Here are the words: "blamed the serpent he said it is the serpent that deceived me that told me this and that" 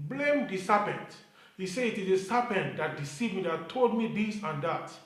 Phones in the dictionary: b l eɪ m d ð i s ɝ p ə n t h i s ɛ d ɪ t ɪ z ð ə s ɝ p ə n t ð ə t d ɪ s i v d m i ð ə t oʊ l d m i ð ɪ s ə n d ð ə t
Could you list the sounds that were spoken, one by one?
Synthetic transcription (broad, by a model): b l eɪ m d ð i s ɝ p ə n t h i s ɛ ɪ t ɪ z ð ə s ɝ p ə n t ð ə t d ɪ s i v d m i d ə t oʊ l d m i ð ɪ s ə n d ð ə t